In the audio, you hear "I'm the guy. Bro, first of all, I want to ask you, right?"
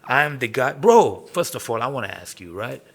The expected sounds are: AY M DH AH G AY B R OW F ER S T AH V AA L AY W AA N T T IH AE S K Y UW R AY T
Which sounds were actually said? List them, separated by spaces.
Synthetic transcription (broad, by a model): AY M DH AH G AY B R OW F ER S T AH V AA L AY W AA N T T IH AE S K Y UW R AY T